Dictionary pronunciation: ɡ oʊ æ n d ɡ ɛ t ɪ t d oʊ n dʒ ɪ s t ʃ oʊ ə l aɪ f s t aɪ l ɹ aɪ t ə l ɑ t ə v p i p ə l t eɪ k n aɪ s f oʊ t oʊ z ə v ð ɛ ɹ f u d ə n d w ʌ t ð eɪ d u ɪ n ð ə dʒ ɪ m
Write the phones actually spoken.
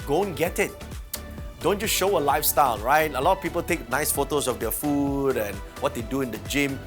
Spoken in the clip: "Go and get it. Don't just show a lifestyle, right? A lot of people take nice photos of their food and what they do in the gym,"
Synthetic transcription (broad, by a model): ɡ oʊ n ɡ ɛ t ɪ t d oʊ n tʃ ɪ ʃ oʊ ə l aɪ f s t aɪ l ɹ aɪ t ə l ɑ t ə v p i p ə l t eɪ k n aɪ s f oʊ t oʊ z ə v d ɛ f u d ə n w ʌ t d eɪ d u ɪ n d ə dʒ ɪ m